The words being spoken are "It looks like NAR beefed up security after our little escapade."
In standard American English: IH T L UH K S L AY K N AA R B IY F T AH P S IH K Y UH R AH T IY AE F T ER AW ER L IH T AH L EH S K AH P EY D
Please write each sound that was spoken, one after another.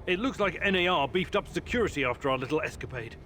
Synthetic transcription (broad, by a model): IH T L UH K S L AY K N AA R B IY F T AH P S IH K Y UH R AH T IY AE F T ER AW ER L IH T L EH S K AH P EY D